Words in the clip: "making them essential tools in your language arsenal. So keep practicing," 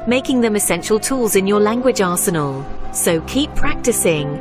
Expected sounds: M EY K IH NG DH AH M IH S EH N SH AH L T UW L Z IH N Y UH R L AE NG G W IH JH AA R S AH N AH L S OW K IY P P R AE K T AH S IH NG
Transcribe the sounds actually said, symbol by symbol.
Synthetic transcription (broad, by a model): M EY K IH NG DH AH M IH S EH N SH AH L T UW L Z IH N Y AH L AE NG G W IH JH AA S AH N AH L S OW K IY P P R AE K T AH S IH NG